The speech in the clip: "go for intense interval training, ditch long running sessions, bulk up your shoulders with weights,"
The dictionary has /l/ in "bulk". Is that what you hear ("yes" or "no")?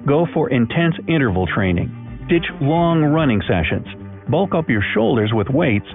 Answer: yes